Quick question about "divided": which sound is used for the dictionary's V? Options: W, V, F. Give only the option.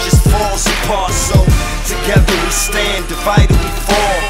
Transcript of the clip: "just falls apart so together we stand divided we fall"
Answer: F